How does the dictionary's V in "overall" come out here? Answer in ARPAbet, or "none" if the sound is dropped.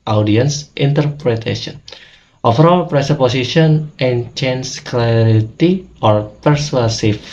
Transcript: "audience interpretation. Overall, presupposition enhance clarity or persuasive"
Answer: F